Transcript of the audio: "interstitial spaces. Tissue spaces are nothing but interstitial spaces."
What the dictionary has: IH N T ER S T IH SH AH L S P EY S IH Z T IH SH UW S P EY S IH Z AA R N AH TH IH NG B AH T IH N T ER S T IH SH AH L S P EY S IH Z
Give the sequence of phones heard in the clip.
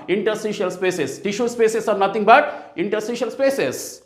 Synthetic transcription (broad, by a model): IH N T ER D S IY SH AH L S P EY S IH S T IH SH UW S P EY S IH S AA R N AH T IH NG B AH T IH N T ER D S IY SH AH L S P EY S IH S